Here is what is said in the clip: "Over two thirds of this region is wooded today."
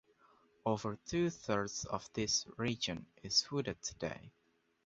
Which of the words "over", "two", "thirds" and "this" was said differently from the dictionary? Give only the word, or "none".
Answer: none